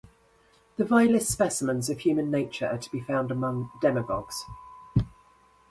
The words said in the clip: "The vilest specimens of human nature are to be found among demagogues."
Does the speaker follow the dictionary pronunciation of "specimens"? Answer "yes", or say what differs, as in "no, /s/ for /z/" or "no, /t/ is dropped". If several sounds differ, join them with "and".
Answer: yes